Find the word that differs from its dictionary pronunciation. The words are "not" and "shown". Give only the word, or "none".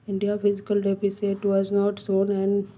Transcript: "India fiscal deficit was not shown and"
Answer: shown